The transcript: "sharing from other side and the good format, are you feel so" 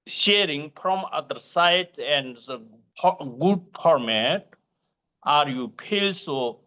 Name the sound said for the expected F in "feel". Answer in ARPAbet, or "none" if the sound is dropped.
P